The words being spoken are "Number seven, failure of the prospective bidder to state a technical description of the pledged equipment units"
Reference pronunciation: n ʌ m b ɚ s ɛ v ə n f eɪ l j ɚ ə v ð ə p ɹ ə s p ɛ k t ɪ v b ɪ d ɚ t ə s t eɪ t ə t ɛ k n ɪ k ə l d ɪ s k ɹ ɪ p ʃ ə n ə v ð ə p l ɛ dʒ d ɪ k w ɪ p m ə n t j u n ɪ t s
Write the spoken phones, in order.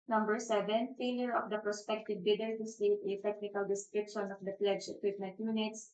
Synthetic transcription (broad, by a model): n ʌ m b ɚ s ɛ v ə n f eɪ l j ɚ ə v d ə p ɹ ə s p ɛ k t ɪ v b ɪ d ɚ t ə s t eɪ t ə t ɛ k n ɪ k ə l d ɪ s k ɹ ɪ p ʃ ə n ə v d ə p l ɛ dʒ ɪ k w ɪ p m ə n t j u n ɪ t s